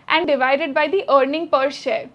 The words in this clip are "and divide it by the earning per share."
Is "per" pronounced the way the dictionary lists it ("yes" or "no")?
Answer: yes